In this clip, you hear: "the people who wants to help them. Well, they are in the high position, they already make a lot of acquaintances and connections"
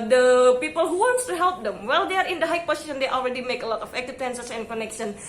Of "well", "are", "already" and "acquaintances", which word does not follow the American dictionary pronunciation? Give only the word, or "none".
acquaintances